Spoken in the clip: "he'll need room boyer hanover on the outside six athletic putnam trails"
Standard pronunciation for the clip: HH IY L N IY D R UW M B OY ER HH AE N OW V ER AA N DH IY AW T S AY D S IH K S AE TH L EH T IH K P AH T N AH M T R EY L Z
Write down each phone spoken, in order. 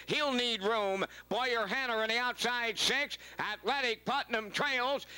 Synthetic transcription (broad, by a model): HH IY L N IY D R UW M B OY ER HH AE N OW ER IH N DH IY AW T S AY D S IH K S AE T L EH T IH K P AH T N AH M T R EY L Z